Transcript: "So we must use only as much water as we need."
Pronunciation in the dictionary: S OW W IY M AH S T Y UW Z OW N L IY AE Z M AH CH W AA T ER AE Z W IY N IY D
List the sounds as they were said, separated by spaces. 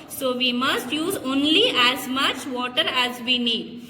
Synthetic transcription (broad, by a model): S OW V IY M AH S T Y UW Z OW N L IY AE Z M AH CH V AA T ER AE Z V IY N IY D